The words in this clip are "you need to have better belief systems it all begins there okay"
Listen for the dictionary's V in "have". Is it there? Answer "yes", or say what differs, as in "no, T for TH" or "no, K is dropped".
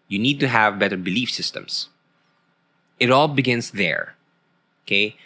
yes